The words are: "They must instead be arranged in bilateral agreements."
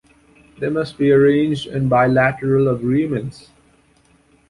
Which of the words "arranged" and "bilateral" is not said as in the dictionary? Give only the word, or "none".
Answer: none